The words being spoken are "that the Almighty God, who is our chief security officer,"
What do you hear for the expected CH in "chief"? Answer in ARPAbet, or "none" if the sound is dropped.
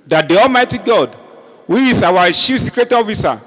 SH